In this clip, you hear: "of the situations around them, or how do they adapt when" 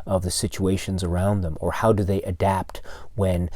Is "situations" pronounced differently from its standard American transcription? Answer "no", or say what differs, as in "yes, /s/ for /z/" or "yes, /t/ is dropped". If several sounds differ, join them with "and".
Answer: no